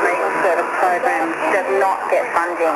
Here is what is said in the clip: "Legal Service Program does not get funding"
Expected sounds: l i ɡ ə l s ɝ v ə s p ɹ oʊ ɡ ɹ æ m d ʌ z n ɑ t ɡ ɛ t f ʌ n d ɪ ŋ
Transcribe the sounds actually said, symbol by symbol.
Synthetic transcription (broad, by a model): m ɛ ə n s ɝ ə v p ɹ oʊ ɡ ɹ æ m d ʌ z n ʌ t ɡ ɛ t f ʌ n d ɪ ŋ